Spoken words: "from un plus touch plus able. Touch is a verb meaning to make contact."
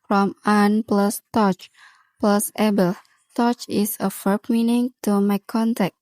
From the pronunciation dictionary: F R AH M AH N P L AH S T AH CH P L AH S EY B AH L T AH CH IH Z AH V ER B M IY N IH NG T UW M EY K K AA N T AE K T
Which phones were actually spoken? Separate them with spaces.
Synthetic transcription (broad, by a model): F R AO M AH N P L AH S T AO CH P L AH S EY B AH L T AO CH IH S AH F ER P M IY N IH NG T UW M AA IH K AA N T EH K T